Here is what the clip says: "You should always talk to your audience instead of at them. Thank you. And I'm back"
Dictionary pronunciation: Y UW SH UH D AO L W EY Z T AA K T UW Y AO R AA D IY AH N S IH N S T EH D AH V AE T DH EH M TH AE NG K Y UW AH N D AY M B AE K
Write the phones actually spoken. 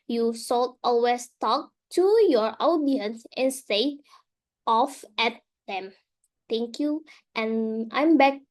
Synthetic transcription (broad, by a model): Y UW S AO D AO L W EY S T AA K T UW Y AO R AA D IY AH N S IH N S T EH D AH F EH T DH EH M T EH NG K Y UW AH N AY M B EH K